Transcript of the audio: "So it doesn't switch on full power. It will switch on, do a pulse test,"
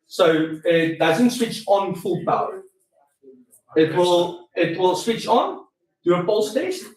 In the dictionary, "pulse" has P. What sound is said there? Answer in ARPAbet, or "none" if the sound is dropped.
F